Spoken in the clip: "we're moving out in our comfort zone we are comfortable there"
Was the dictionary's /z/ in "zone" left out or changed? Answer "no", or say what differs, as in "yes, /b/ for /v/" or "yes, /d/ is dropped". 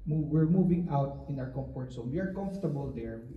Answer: yes, /s/ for /z/